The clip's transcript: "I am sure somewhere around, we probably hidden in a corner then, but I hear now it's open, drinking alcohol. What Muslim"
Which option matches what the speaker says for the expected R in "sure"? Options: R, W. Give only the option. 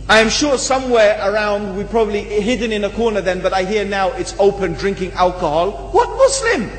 R